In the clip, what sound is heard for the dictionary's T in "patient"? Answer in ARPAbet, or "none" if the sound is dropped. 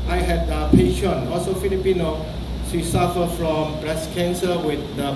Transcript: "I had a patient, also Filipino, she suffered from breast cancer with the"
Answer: none